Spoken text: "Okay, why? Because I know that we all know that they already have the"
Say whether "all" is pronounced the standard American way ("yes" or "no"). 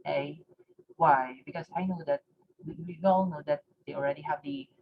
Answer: no